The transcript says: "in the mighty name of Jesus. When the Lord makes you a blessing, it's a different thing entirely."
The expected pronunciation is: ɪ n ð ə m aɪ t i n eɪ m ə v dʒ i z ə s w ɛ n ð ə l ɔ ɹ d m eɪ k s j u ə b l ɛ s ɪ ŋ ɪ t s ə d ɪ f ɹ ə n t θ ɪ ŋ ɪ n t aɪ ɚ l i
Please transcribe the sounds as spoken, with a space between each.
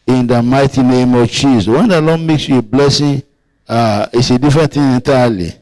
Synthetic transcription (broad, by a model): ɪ n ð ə m aɪ t i n eɪ m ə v tʃ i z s w ɛ n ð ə l ɔ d m eɪ k s j u ə b l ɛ s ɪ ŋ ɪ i s ə d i f ɹ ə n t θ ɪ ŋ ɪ n t aɪ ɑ l i